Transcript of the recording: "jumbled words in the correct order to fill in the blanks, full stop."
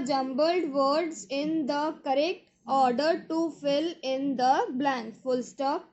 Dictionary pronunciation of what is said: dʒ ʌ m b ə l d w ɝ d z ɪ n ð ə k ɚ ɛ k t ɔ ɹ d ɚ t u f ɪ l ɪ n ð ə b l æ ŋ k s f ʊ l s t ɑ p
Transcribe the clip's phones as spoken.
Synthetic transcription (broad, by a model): dʒ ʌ m b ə l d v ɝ d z ɪ n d ə k ɚ ɛ k t ɔ ɹ d ɚ t u f ɪ l ɪ n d ə b l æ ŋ k f ʊ l s t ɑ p